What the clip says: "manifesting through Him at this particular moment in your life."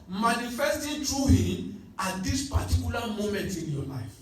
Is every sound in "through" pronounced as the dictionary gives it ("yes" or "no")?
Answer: no